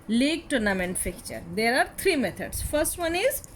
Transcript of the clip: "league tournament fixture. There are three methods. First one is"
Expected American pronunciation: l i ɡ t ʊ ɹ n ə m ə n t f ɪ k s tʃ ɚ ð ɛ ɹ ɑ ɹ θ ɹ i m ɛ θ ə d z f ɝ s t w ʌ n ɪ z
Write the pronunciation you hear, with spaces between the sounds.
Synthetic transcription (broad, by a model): l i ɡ t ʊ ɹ n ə m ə n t f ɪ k tʃ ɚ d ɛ ɹ ɑ ɹ t ɹ i m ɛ t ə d s f ɝ s t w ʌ n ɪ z